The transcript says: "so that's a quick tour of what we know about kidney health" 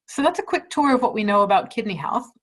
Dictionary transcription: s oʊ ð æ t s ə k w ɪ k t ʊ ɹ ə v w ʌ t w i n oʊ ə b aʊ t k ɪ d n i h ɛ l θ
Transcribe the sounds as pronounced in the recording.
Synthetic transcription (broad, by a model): s oʊ ð æ t s ə k w ɪ k t ʊ ɹ ə v w ʌ t w i n oʊ ə b aʊ t k ɪ d n i h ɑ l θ